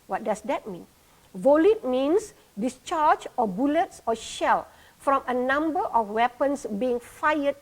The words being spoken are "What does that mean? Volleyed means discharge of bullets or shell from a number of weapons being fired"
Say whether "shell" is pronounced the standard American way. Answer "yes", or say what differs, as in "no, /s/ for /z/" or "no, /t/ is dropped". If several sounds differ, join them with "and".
yes